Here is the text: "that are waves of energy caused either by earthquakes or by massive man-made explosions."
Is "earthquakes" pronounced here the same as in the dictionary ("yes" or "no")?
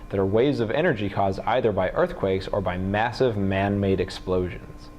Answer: yes